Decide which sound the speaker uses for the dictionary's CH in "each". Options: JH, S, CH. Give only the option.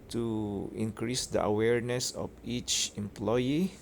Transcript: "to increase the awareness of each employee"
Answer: CH